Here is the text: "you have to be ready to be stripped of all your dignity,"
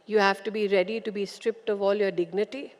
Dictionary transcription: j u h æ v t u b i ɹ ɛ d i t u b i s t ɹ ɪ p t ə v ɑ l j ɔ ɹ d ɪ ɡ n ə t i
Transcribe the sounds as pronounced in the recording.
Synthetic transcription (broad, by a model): j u h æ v t u b i ɹ ɛ d i t u b i s t ɹ ɪ p t ə v ɑ l j ɔ ɹ d ɪ ɡ n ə t i